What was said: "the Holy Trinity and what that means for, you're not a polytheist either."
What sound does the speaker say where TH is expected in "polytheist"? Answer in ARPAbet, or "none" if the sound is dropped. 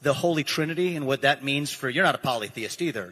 TH